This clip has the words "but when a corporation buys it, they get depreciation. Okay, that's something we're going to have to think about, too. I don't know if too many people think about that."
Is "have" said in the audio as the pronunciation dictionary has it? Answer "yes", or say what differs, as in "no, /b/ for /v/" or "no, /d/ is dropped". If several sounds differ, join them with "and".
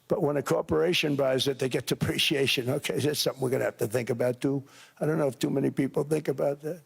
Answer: no, /f/ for /v/